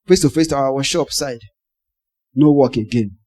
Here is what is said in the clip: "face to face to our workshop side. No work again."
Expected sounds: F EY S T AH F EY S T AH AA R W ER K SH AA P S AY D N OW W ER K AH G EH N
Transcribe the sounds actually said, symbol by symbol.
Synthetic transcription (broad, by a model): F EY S T AH F EY S T AH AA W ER SH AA P S AY D N OW W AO K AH G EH N